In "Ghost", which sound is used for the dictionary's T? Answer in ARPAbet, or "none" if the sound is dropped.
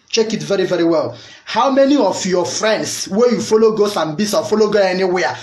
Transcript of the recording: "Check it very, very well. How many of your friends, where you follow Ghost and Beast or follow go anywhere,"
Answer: none